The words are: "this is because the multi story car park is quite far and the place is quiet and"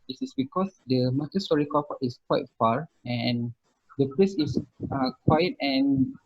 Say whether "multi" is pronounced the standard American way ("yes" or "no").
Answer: no